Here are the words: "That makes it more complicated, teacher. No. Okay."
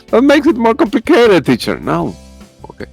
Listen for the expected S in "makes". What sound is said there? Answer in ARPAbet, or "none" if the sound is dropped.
S